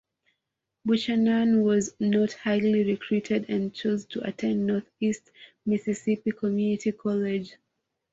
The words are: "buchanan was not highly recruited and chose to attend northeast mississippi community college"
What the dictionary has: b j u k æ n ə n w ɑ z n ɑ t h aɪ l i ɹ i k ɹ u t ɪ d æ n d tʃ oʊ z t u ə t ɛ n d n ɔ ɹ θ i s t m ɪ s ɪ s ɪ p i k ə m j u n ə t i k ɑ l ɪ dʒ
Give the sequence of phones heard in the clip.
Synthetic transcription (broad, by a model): b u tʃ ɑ n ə n w ɑ z n ɑ t h aɪ l i ɹ i k ɹ u t ɪ d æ n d tʃ oʊ z t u ə t ɛ n d n ɔ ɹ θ i s t m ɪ s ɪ s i p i k ə m j u n ə t i k ɑ l ɪ dʒ